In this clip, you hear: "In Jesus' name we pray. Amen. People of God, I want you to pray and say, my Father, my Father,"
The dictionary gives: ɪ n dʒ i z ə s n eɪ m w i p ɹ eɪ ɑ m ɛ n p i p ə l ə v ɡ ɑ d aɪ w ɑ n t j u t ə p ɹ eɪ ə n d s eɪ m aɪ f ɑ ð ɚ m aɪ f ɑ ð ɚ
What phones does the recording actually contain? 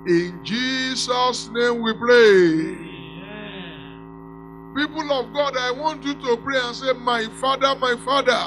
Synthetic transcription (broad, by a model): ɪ n dʒ i s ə s n eɪ m w i p ɹ eɪ p i p ə l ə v ɡ ɑ d aɪ w ɑ n t j u t ə p ɹ eɪ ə n s eɪ m aɪ f ɑ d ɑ m aɪ f ɑ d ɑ